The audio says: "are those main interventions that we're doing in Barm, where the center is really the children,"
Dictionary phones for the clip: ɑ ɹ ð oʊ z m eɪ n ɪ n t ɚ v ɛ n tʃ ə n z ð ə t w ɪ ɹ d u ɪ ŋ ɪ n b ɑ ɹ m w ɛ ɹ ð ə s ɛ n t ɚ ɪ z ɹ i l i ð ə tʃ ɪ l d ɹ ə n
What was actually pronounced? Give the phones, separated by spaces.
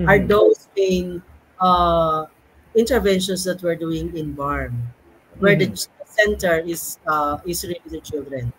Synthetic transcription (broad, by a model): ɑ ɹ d oʊ s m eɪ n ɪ n t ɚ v ɛ n ʃ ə n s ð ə t w ɪ ɹ d u ɪ ŋ ɪ n b ɑ ɹ m w ɛ ɹ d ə s ɛ n t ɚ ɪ s ɹ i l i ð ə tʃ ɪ l d ɹ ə n